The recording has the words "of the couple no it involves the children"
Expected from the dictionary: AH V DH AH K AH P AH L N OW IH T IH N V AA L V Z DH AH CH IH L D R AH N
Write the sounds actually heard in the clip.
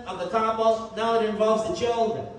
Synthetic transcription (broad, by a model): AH V DH AH K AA B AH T N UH IH T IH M V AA L V Z DH AH CH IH L D R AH N